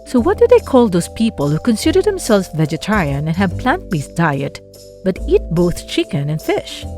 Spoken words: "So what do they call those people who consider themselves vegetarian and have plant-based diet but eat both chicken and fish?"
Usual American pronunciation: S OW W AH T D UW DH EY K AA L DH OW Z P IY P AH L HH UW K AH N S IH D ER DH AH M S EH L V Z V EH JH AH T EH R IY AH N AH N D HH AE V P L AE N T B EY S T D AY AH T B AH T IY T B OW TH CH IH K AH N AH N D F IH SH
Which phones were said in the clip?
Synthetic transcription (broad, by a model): S OW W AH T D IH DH EY K AA L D OW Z P IY P AH L HH UW K AH N S IH D ER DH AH M S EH L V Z V EH JH AH T EH R IY AH N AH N HH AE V P L AE N T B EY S D AY AH T B AH T IY T B OW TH CH IH K AH N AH N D F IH SH